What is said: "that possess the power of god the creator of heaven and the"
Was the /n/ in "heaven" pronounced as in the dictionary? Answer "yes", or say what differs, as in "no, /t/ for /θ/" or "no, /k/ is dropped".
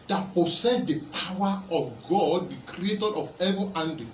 no, /n/ is dropped